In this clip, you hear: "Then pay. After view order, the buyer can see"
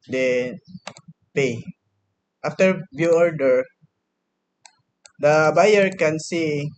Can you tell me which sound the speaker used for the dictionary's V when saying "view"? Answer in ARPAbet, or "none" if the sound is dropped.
B